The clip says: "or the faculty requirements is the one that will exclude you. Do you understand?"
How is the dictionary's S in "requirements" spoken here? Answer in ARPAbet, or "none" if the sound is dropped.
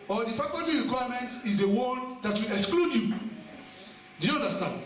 none